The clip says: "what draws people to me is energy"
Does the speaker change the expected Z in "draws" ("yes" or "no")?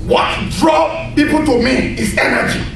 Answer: yes